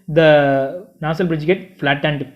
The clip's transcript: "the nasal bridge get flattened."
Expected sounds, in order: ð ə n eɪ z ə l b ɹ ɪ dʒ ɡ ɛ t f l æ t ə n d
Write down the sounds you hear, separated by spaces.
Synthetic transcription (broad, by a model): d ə n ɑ s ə l b ɹ ɪ dʒ ɡ ɛ t f l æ t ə n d